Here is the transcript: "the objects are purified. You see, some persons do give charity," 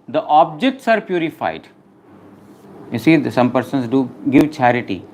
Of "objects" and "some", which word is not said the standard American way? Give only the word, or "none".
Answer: none